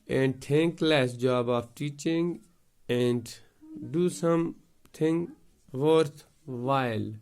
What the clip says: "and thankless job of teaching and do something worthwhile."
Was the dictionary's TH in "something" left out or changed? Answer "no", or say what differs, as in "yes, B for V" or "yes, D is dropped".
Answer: yes, T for TH